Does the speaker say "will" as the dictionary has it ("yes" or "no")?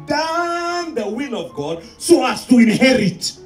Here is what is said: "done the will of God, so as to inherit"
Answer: yes